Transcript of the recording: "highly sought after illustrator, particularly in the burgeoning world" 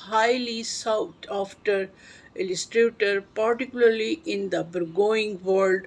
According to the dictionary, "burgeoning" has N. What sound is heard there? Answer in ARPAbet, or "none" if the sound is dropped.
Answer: none